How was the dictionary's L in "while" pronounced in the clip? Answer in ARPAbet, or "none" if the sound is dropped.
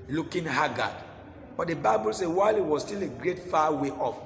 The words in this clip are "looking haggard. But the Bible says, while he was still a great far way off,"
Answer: L